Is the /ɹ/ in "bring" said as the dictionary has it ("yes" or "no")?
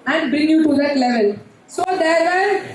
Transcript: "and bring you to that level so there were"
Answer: yes